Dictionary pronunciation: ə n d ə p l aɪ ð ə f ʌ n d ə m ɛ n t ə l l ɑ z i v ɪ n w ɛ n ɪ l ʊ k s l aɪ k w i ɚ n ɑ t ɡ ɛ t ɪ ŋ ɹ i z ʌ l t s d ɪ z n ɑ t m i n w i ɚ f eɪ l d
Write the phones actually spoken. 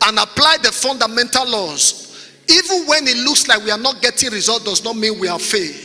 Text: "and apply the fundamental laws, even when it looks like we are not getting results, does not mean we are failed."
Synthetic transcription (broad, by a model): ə n ə p l aɪ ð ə f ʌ n d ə m ɛ n t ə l l ɑ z i v ɪ n w ɛ n ɪ l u k s l aɪ k w i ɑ n ɑ t ɡ ɛ t ɪ ŋ ɹ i z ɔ l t d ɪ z n ɑ t m i n w i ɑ f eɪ